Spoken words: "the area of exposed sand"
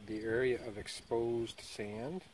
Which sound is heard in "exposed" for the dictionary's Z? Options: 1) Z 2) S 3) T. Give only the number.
1